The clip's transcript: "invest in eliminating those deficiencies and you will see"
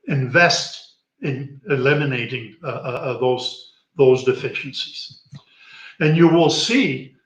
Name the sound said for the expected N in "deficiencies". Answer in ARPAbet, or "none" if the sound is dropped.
none